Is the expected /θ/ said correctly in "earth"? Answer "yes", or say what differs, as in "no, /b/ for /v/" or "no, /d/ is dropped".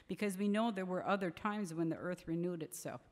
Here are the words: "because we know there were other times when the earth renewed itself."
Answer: yes